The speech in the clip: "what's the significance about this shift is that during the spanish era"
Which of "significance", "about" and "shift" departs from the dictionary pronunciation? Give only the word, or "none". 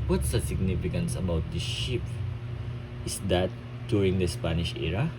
shift